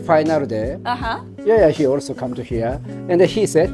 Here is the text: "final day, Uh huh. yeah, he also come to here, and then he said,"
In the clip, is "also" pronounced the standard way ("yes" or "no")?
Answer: yes